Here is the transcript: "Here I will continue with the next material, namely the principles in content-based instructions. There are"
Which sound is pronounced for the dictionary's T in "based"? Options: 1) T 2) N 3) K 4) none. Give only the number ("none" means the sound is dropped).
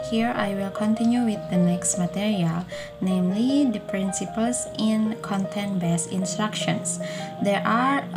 4